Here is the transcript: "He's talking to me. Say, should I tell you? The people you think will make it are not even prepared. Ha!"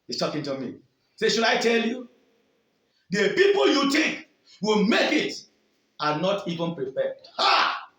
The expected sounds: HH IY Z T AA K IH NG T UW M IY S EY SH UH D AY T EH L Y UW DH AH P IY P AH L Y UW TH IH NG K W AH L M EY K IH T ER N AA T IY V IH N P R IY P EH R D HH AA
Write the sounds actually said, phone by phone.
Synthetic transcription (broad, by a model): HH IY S T AA K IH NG T UW M IY S EY SH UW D AY T EH L Y UW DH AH P IY P AH L Y UW T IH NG K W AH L M EY K IH T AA N AA T IY V IH N P R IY F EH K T HH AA